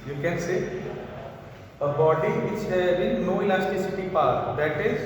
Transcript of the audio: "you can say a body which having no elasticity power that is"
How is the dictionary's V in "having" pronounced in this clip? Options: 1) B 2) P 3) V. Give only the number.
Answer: 1